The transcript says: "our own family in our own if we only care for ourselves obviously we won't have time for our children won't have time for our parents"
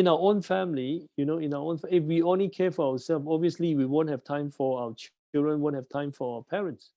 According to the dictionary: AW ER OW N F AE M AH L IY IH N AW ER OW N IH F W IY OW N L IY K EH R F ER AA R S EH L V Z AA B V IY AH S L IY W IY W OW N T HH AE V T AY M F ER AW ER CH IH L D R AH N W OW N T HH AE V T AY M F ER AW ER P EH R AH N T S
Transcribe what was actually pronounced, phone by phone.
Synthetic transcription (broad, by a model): AW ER OW N F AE M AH N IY IH N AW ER OW N IH F W IY OW N L IY K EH F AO AA W S EH L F AA B V IY AH S L IY W IY W OW N T HH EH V T AY M F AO AW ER CH IH L D R AH N W OW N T HH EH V T AY M F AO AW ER P EH R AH N T S